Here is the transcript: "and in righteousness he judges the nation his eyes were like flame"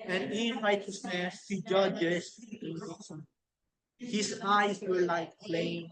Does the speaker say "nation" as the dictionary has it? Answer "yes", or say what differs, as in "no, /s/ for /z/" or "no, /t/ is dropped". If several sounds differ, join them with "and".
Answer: no, /s/ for /ʃ/